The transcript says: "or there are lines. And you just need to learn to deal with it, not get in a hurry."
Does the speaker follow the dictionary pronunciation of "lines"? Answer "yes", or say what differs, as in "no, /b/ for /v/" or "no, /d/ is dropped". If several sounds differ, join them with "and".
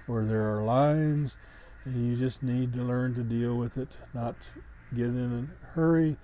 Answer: yes